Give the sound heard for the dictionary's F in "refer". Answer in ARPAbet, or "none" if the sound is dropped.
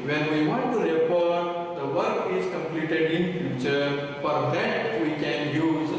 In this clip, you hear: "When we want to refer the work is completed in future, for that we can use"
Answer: P